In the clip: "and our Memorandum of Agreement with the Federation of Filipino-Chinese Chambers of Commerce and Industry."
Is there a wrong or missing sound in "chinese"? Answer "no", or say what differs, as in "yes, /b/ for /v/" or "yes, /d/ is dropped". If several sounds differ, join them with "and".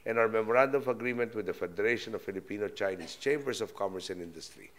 yes, /s/ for /z/